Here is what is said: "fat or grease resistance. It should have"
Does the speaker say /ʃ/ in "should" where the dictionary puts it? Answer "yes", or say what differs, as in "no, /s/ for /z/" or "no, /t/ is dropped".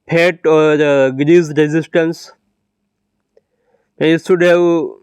no, /s/ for /ʃ/